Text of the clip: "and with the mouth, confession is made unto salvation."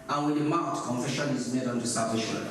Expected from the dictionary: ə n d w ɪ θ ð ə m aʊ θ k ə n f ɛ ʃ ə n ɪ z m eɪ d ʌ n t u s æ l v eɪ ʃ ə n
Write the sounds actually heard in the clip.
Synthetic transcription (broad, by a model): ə n w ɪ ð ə m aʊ t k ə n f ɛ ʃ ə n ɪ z m eɪ d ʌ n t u s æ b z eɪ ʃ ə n